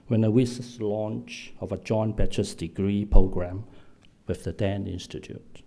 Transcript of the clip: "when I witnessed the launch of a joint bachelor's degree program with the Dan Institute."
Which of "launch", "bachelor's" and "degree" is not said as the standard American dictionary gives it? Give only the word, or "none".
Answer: bachelor's